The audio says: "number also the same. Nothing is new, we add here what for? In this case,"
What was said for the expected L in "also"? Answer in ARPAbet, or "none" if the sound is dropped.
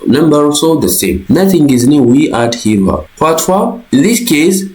none